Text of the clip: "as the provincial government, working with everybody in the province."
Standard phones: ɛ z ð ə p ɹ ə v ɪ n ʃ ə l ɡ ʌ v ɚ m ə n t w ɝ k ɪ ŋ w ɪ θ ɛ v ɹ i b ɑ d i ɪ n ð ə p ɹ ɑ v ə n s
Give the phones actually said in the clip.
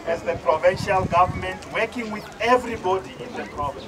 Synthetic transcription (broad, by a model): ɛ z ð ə p ɹ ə v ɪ n ʃ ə l ɡ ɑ v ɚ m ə n t w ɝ k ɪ ŋ w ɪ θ ɛ v ɹ i b ɑ d i ɪ n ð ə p ɹ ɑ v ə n